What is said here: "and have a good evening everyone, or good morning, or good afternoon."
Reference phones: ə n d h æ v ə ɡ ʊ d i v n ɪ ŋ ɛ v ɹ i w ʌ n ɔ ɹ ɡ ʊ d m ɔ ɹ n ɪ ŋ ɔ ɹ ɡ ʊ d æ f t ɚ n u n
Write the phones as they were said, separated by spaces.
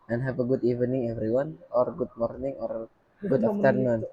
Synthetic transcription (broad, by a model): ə n h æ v ə ɡ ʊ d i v n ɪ ŋ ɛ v ɹ i w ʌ n ɔ ɹ ɡ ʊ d m ɔ ɹ n ɪ ŋ ɔ ɹ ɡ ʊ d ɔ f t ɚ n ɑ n